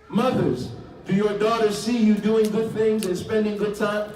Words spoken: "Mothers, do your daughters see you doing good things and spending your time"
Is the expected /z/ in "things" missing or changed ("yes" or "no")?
no